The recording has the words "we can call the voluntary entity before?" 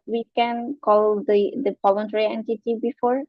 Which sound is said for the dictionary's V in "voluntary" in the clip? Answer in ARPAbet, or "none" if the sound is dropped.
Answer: P